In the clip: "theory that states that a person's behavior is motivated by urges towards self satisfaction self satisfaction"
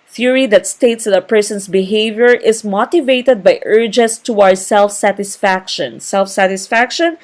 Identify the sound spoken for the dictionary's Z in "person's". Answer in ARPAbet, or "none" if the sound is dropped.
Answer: S